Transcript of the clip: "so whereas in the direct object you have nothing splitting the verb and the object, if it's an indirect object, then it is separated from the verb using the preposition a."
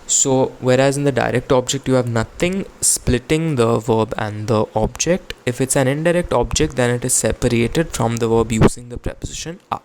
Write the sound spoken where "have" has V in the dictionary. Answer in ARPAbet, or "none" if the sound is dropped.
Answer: V